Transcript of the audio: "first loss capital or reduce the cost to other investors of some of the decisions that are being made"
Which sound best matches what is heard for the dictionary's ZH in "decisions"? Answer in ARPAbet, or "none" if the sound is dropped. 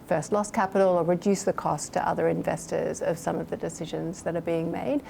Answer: ZH